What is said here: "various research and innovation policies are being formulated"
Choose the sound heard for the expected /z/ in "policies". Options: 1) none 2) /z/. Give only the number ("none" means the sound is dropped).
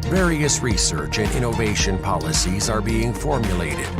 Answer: 2